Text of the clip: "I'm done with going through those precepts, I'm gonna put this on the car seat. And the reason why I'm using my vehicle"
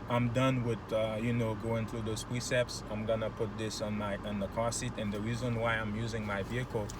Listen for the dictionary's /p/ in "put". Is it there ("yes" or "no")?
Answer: yes